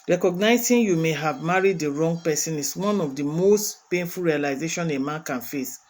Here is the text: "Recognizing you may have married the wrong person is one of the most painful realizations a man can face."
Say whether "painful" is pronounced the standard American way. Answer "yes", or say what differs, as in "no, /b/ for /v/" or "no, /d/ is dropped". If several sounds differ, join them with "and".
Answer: yes